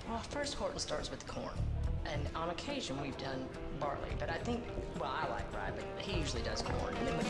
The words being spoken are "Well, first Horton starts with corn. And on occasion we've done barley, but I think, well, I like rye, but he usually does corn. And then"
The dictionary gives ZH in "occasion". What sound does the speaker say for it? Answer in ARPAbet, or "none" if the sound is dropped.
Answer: ZH